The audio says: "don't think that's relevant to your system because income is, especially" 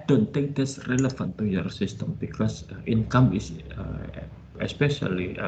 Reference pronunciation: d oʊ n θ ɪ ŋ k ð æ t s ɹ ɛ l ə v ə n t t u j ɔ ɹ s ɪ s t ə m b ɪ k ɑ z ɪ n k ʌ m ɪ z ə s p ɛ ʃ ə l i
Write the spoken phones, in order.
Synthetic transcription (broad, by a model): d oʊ n t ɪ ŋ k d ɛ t s ɹ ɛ l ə f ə n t t u j ɔ ɹ s ɪ s t ə m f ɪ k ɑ s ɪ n k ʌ m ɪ s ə s p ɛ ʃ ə l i